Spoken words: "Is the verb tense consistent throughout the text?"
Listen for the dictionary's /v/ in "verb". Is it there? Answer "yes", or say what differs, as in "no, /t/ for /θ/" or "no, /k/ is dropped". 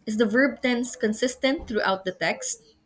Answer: yes